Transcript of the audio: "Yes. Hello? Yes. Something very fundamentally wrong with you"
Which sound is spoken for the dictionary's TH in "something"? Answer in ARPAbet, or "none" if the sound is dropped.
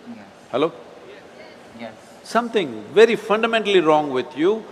T